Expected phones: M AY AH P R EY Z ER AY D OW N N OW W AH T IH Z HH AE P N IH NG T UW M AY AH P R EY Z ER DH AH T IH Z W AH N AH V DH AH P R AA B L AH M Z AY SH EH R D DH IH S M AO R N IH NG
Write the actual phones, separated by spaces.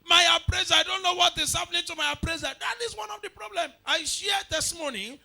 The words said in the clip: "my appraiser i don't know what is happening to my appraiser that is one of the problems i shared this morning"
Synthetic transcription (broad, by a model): M AY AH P R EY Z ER AY D OW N N OW W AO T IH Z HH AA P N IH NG T UW M AY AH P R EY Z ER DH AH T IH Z W AH N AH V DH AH P R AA B L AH M AY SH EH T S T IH M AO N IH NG